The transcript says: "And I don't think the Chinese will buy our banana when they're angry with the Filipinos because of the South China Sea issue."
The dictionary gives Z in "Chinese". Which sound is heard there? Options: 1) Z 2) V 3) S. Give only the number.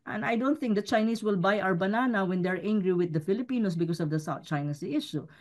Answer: 3